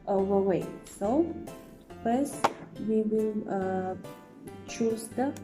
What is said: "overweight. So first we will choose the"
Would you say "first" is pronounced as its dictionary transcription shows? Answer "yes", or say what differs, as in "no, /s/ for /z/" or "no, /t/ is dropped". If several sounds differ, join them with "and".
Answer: no, /p/ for /f/